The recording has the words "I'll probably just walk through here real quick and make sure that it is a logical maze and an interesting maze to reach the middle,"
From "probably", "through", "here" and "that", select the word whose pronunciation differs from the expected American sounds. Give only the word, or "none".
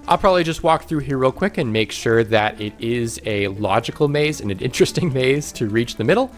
none